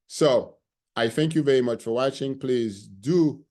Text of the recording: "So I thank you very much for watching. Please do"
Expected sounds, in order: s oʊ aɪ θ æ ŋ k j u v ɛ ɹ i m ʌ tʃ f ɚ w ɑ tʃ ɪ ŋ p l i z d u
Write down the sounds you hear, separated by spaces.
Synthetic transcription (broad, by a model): s oʊ aɪ θ æ ŋ k j u v ɛ ɹ i m ʌ tʃ f ɚ w ɑ tʃ ɪ ŋ p l i z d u